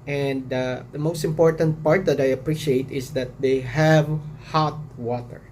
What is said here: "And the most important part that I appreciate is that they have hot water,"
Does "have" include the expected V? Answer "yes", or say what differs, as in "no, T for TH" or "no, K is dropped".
yes